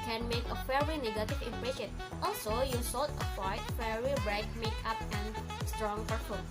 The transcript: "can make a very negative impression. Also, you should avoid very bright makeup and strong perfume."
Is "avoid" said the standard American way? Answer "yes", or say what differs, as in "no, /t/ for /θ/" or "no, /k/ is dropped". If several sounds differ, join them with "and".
no, /w/ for /v/